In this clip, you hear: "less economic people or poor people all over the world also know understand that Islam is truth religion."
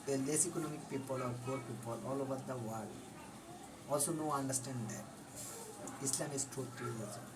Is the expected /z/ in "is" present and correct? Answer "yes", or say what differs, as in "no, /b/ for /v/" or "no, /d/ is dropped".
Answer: no, /s/ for /z/